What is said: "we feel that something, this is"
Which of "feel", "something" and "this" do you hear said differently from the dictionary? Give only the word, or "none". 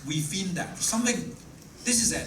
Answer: feel